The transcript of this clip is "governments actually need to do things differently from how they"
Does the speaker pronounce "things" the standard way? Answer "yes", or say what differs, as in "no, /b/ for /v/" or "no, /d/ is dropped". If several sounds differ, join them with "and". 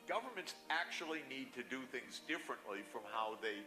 yes